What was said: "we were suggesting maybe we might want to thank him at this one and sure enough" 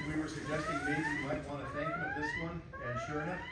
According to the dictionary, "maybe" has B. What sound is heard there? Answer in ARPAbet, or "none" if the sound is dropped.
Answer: none